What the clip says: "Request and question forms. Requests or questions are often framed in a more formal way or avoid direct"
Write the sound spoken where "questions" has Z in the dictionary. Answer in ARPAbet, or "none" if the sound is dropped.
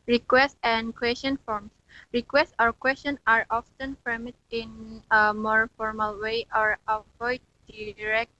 none